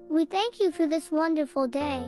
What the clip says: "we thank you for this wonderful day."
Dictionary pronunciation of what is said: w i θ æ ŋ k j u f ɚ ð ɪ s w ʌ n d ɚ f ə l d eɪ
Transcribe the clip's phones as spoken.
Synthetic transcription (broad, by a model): w i θ æ ŋ k j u f ɚ ð ɪ s w ʌ n d ɚ f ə l d eɪ